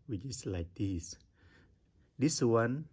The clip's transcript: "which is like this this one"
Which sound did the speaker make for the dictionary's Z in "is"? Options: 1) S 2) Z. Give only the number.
1